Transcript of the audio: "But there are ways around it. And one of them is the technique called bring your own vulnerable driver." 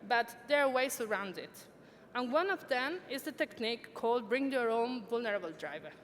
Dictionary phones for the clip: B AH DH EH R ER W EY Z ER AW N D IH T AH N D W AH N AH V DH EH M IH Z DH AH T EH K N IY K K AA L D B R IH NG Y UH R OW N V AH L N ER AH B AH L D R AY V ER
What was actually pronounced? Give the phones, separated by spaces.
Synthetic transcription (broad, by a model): B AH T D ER W EY S ER AW N D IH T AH N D W AH N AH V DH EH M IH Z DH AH T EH K N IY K K AA L D B R IH NG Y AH R OW N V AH L N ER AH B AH L D R AY V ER